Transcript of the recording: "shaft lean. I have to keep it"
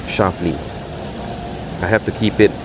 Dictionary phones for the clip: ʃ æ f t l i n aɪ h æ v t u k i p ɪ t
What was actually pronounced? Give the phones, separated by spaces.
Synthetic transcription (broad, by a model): ʃ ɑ f l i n aɪ h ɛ f t u k i p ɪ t